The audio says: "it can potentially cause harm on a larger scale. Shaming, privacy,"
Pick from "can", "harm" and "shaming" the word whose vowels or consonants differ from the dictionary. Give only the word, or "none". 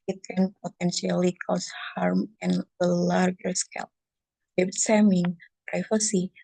shaming